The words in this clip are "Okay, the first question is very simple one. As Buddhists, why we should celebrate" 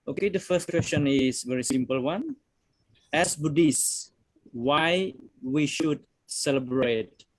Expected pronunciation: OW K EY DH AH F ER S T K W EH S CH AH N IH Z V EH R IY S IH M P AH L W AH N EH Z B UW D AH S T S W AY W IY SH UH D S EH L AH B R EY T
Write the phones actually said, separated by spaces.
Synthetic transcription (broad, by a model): OW K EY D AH F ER S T K W EH S CH AH N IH S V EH R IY S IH M P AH L W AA N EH S B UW D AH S S W AY W IY SH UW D S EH L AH B R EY T